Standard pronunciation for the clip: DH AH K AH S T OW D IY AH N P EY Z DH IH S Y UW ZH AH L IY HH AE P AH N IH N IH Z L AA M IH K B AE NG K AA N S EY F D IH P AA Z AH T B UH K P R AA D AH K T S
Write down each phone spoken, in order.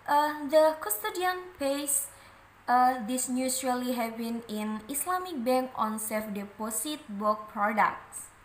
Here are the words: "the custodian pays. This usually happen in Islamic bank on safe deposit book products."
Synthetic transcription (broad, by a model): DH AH K AH S T OW D IY AH N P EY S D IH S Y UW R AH L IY HH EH B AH N IH N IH S L AA M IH K B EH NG K AA N S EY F D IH P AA S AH T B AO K P R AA D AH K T S